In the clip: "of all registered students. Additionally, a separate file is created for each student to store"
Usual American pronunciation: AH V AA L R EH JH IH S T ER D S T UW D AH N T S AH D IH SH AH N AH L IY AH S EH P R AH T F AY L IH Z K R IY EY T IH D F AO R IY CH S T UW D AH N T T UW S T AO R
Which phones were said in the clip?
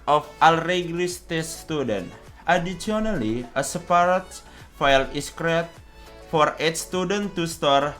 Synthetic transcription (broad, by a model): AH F AA L R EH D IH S T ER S T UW D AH N T AH D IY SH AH N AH L IY AH S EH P R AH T F AY L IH S K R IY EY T F AO R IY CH S T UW D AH N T T UW S T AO R